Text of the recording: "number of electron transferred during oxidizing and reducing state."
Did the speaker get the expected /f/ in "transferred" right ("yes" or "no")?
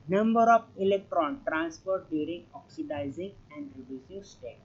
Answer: no